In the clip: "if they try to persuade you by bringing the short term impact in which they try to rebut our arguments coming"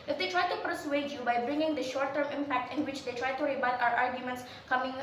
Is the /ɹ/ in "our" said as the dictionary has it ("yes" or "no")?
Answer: yes